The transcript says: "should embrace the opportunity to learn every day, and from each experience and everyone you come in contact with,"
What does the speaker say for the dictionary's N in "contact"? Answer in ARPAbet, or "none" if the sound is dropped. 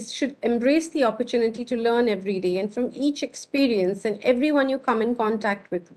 N